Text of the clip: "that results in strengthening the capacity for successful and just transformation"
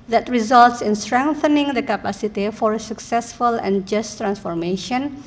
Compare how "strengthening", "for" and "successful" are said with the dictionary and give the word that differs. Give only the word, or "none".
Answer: none